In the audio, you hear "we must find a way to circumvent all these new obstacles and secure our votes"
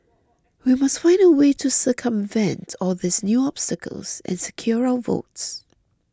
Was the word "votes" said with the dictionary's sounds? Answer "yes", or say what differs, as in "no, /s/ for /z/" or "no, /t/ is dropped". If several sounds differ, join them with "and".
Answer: yes